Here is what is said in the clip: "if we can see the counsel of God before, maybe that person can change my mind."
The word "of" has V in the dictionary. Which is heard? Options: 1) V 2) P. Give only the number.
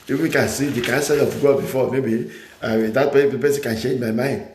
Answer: 2